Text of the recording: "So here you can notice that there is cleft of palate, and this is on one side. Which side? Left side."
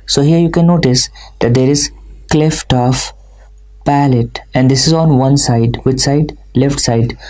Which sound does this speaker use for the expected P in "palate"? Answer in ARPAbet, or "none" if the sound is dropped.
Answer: P